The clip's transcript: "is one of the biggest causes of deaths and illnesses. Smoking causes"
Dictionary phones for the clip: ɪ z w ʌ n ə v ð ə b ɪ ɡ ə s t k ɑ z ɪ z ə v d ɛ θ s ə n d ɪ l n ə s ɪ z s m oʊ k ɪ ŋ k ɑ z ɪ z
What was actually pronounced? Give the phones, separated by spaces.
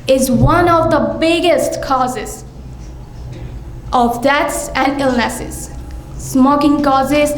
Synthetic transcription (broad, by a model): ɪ z w ʌ n ə v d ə b ɪ ɡ ə s t k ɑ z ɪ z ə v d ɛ t s ə n d ɪ l n ə s ɪ z s m oʊ k ɪ ŋ k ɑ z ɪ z